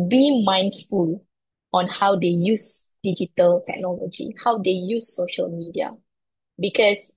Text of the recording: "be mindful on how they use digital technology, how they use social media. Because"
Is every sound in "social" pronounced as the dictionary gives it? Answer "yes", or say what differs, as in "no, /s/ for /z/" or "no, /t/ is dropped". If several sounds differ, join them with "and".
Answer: yes